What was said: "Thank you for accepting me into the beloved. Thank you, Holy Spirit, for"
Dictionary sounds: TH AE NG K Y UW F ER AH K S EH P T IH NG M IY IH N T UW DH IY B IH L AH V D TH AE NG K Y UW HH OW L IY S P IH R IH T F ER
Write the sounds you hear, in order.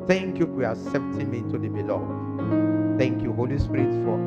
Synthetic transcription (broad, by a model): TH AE NG K Y UW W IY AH S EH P T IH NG M IY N T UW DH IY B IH L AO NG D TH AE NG K Y UW HH OW L IY S P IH R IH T F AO